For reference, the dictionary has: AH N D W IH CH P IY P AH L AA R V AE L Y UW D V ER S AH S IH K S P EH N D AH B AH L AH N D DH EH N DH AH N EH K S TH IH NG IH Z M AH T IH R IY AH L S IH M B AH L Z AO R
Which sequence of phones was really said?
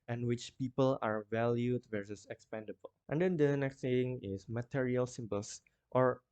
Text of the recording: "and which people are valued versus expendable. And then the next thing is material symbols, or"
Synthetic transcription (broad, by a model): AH N W IH CH P IY P AH L AA R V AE L Y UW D V ER S AH S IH K S P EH N D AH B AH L AH N D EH N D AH N EH K S S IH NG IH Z M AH T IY R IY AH L S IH M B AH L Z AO R